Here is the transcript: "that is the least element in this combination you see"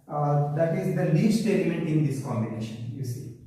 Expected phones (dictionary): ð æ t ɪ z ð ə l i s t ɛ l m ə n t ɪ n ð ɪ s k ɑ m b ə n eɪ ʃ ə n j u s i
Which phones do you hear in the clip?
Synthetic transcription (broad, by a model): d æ t ɪ z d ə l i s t ɛ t m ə n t ɪ n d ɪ s k ɑ m b ə n eɪ ʃ ə n j u s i